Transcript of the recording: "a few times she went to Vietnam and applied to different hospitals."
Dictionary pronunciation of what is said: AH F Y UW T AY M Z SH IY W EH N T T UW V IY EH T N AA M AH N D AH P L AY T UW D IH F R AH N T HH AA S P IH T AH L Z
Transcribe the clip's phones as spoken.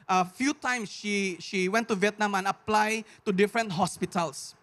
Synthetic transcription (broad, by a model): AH F Y UW T AY M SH SH IY W EH N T T UW V IY EH T N AA M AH N AH P L AY T UW D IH F R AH N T HH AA S P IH T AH L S